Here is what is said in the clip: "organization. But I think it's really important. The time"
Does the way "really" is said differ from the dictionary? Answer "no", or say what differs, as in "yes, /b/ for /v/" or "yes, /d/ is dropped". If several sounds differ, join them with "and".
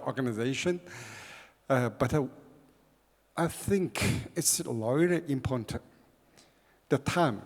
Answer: yes, /l/ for /ɹ/